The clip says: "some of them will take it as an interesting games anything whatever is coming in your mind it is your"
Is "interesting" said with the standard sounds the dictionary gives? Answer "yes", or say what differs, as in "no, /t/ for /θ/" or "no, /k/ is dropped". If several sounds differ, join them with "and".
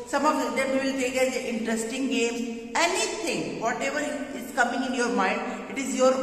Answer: yes